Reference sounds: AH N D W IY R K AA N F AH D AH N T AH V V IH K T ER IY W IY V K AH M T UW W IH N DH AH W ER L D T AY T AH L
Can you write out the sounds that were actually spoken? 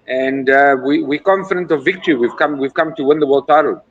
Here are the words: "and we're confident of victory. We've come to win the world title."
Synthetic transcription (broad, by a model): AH N D W IY W K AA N F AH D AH N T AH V V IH K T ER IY W IY V K AH M T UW W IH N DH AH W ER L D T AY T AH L